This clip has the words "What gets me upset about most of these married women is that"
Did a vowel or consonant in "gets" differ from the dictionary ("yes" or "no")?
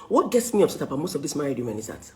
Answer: no